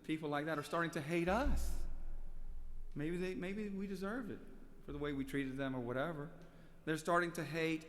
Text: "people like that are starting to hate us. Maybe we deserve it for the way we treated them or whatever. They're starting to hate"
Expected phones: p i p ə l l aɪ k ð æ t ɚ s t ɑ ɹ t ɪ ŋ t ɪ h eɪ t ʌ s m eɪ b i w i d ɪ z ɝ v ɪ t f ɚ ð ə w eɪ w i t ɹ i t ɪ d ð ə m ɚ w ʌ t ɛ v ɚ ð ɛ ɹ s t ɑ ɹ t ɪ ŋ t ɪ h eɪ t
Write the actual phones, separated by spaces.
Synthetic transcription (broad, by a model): p i p l l aɪ k ð æ t ɚ s t ɑ ɹ t ɪ ŋ t ɪ h eɪ t ʌ s m eɪ b i w i d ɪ z ɝ v ɪ t f ɚ ð ə w eɪ w i t ɹ i t ɪ d ð ə m ɚ w ʌ t ɛ v ɚ ð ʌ ɹ s t ɑ ɹ t ɪ ŋ t ɪ h eɪ t